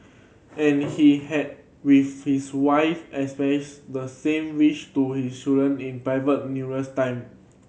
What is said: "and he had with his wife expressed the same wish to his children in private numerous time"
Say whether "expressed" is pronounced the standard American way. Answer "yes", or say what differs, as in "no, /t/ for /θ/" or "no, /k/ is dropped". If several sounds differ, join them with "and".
no, /k/ is dropped and /ɹ/ is dropped